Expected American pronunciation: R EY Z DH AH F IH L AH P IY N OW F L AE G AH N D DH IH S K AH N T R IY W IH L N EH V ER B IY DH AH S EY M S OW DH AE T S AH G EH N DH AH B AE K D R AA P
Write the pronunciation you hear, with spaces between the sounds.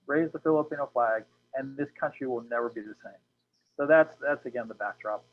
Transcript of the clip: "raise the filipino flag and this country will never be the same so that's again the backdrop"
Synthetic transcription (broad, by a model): R EY Z DH AH F IH L AH P IY N OW F L AE G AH N DH IH S K AH N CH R IY W IH L N EH V ER B IY DH AH S EY M S OW DH AE T S AH G EH N DH AH B AE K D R AA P